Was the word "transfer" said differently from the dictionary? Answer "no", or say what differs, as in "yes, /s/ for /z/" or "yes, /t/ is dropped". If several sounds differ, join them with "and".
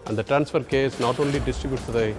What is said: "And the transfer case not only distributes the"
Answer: no